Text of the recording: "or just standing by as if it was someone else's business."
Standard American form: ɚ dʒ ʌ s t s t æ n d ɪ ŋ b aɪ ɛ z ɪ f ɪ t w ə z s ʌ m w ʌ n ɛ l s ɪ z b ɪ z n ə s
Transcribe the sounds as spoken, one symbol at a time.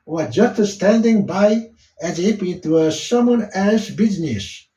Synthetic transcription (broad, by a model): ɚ dʒ ʌ s t s t æ n d ɪ ŋ b aɪ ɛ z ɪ p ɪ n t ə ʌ s ʌ m w ʌ n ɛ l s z b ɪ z n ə s